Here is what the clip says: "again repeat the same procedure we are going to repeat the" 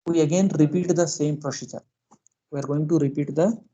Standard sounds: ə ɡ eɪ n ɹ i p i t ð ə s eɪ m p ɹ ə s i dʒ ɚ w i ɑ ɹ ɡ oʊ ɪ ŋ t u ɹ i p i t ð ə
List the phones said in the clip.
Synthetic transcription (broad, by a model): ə ɡ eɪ n ɹ i p i t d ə s eɪ m p ɹ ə ʃ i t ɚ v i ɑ ɹ ɡ oʊ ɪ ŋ t u ɹ i p i t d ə